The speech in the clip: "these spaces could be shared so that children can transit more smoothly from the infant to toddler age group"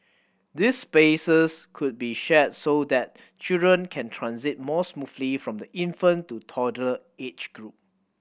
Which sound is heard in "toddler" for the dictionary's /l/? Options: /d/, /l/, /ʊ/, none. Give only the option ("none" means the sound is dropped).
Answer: none